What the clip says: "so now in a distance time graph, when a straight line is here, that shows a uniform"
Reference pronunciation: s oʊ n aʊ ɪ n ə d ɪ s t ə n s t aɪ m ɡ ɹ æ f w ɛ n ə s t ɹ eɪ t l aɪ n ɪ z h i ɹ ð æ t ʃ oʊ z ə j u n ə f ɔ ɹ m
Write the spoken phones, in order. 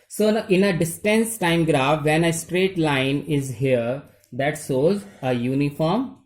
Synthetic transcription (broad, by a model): s oʊ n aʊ ɪ n ə d ɪ s t ə n s t aɪ m ɡ ɹ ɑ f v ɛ n ə s t ɹ eɪ t l aɪ n ɪ z h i ɹ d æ t s oʊ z ə j u n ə f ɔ ɹ m